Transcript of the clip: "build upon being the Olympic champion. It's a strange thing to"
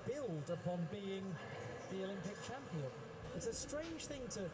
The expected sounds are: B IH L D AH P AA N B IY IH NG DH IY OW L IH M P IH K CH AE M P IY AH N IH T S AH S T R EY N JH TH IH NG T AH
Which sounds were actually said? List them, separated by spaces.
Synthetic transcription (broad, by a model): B IH L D AH P AA N B IY IH NG DH IY OW L IH M P IH K CH AE M P IY AH N IH T S AH S T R EY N ZH TH IH NG T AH